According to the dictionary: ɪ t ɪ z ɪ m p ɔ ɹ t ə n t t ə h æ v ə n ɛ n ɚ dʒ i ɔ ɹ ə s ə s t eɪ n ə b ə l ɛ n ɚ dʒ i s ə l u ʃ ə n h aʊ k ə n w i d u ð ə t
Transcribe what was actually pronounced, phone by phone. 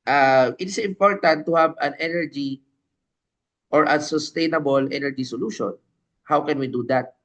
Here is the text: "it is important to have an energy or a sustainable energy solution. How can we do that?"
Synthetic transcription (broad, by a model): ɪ t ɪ s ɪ m p ɔ ɹ t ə n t t ə h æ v ə n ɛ n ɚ dʒ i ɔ ɹ ə s ə s t eɪ n ə b ə l ɛ n ɚ dʒ i s ə l u ʃ ə n h aʊ k ə n w i d u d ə t